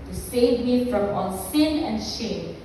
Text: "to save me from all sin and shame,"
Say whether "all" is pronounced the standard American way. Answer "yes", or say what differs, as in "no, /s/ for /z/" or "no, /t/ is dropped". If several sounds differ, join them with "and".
no, /n/ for /l/